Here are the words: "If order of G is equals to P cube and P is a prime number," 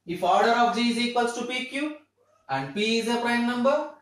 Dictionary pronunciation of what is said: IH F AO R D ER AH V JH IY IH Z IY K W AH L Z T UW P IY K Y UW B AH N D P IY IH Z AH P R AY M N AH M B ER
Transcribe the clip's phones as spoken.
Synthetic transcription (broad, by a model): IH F AO R D ER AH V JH IY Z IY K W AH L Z T UW P IY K Y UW AH N D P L IH Z AH P R AY M N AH M B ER